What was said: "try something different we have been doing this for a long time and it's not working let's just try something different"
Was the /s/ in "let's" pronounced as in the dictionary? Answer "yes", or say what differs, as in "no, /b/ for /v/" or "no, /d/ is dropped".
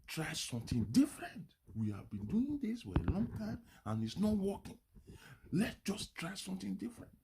no, /s/ is dropped